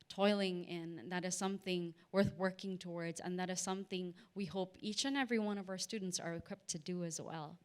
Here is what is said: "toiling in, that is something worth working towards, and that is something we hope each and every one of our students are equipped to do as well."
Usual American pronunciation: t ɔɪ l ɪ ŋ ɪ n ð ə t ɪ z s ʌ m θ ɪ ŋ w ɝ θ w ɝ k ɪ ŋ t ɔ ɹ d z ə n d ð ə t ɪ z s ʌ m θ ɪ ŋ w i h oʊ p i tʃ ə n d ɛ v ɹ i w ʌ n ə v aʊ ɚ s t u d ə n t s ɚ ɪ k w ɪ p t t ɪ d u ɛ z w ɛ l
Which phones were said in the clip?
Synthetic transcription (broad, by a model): t ɔɪ l ɪ ŋ ɪ n ð ə t ɪ z s ʌ m θ ɪ ŋ w ɝ θ w ɝ k ɪ ŋ t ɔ ɹ d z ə n ð ə t ɪ z s ʌ m θ ɪ ŋ w i h oʊ p i tʃ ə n ɛ v ɹ i w ʌ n ə v aʊ ɚ s t u d n t s ɚ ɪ k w ɪ p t t ɪ d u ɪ z w ɛ l